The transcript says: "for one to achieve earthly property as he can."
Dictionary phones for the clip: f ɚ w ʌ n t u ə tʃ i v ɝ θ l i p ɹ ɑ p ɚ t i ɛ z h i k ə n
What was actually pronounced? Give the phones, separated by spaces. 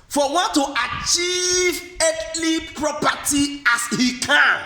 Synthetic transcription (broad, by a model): f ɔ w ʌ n t u ə tʃ i v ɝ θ l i p ɹ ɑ p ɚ t i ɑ s h i k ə n